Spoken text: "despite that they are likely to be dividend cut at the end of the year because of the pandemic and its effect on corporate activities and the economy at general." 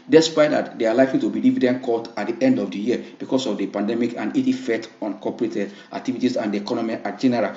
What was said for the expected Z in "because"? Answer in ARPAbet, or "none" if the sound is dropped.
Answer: S